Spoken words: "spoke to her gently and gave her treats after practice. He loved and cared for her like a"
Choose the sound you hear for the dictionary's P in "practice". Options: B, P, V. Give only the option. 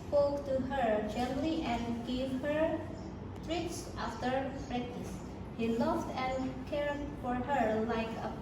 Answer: B